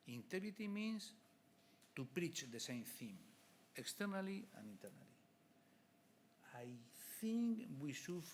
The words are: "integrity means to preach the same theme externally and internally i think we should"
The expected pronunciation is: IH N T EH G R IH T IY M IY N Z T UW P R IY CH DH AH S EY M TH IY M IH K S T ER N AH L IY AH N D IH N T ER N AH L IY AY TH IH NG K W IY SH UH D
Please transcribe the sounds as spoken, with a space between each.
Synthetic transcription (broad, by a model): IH N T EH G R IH T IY M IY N S T UW P R IY CH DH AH S EY M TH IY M IH K S T ER N AH L IY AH N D IH N T ER N AH L IY AY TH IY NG K W IY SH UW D